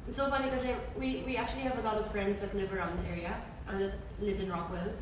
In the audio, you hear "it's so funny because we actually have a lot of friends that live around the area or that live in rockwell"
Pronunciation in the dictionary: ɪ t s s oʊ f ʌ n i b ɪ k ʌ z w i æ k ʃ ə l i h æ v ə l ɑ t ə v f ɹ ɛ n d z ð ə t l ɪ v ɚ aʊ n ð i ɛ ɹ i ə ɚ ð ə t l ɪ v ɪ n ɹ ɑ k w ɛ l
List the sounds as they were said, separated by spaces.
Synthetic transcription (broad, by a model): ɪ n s s oʊ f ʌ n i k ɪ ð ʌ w w i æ k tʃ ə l i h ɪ v ə l ɑ t ə v f ɹ ɛ n d z ð ə t l ɪ v ɚ aʊ n ð i ɛ ɹ i ə ɚ ð ə t l ɪ v ɪ n ɹ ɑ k w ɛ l